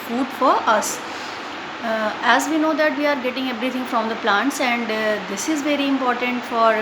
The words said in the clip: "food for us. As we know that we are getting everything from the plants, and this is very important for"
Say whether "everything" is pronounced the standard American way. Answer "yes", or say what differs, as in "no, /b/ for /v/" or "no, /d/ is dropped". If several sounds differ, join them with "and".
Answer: no, /t/ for /θ/